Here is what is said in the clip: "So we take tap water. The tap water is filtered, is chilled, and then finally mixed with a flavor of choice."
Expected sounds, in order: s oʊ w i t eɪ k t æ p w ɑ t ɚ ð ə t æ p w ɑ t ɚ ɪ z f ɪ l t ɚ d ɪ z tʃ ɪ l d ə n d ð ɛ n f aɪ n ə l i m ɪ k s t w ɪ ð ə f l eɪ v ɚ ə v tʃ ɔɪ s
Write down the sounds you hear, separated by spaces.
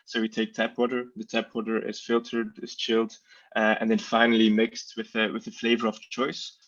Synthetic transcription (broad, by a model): s oʊ w i t eɪ k t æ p w ɑ t ɚ ð ə t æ p w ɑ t ɚ ɪ z f ɪ l t ɚ d ɪ z tʃ ɪ l d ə n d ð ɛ n f aɪ n l i m ɪ k s t w ɪ ð ə f l eɪ v ɚ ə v tʃ ɔɪ s